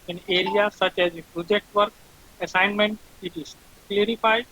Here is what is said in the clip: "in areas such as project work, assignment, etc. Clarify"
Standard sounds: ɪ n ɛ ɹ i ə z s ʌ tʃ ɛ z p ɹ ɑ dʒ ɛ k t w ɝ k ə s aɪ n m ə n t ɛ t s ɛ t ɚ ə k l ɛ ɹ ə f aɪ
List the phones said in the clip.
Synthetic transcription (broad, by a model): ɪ n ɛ ɹ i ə s ʌ tʃ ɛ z p ɹ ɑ dʒ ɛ k t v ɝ k ə s aɪ n m ə n t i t i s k l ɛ ɹ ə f aɪ